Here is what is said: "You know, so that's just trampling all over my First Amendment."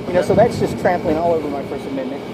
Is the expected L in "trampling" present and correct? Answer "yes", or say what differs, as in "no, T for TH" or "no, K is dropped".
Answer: yes